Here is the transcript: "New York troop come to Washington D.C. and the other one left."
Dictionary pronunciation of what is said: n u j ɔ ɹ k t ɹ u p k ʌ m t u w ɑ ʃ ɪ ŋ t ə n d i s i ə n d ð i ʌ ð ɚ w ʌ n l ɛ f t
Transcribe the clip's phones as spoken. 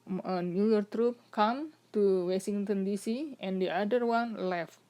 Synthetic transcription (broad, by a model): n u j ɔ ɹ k t ɹ u p k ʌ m t u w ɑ s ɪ ŋ t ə n d i s i ə n d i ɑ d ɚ w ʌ n l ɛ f t